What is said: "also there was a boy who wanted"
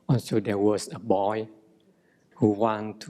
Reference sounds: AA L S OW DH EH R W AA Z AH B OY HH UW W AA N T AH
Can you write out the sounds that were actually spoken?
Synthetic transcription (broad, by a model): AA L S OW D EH W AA S AH B OY HH UW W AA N T